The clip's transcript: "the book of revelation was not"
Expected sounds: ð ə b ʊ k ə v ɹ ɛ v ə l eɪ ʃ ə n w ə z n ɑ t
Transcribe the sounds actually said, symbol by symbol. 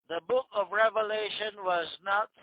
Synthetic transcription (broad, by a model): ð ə b ʊ k ə v ɹ ɛ v ə l eɪ ʃ ə n w ə z n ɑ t